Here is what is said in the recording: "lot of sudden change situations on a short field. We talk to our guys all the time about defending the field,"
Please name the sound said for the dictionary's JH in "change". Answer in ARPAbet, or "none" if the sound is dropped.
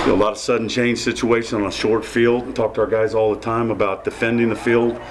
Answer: ZH